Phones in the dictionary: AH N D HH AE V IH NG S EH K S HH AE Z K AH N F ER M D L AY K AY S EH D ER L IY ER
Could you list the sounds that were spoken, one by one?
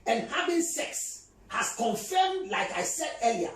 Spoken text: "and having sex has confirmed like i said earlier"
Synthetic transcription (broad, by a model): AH N HH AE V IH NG S EH K S HH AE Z K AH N F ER M D L AY K AY S EH D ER L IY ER